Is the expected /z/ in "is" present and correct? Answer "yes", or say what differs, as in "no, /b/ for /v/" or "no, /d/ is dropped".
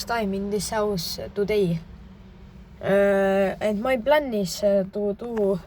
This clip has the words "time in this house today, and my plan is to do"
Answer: no, /s/ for /z/